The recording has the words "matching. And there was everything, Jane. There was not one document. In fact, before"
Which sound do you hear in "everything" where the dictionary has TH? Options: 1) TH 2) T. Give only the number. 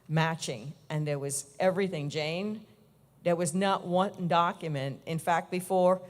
1